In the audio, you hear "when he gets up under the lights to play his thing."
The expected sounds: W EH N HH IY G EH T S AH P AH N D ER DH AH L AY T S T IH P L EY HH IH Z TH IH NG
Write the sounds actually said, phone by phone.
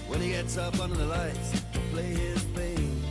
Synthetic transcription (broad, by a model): W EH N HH IY G EH T S AH P AH N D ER DH AH L AY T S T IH P L EY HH IH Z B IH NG